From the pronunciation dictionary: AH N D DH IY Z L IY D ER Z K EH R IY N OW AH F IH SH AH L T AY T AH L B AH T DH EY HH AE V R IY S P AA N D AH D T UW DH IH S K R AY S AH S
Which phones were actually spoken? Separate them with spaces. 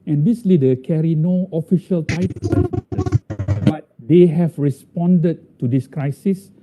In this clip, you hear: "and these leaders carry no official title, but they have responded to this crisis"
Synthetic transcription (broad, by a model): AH N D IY S L IY D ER K EH R IY N OW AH F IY SH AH L T AY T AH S B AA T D EY HH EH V R IY S P AA N D AH D T UW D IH S K R AY S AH S